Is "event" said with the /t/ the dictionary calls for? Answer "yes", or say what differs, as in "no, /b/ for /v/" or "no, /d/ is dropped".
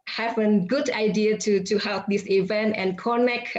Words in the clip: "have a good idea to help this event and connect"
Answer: yes